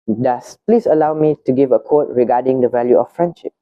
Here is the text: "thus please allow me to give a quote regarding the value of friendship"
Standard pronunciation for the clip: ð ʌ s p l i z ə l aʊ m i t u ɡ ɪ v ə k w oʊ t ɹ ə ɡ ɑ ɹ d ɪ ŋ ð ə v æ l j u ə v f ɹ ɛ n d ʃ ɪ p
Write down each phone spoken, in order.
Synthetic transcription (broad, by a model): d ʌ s p l i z ə l aʊ m i t u ɡ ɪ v ə k oʊ t ɹ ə ɡ ɑ d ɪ ŋ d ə v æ l j u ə f f ɹ ɛ n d ʃ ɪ p